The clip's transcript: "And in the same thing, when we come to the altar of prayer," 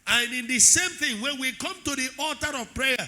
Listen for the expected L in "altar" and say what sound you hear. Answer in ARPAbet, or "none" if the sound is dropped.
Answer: none